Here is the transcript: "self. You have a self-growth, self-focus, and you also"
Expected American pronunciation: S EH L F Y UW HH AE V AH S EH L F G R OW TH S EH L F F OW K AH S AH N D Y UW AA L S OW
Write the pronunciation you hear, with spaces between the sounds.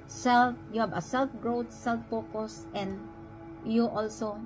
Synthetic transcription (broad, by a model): S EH L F Y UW HH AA B AH S EH L F G R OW T S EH L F P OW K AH S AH N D Y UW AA L S OW